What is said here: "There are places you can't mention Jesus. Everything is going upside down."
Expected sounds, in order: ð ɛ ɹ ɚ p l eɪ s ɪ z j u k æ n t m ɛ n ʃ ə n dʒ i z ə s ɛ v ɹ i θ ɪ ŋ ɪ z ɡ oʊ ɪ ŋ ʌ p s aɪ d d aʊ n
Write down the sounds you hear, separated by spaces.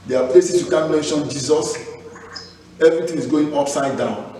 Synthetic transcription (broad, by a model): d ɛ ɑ p l eɪ s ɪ s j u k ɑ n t m ɛ n ʃ ə n dʒ i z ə s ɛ v ɹ i t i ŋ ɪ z ɡ oʊ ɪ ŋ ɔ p s aɪ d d aʊ n